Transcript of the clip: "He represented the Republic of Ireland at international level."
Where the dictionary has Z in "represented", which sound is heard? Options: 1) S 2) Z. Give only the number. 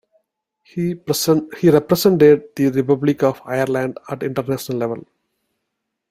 1